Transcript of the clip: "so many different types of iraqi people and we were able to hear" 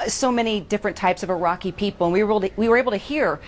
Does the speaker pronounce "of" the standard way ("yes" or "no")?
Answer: yes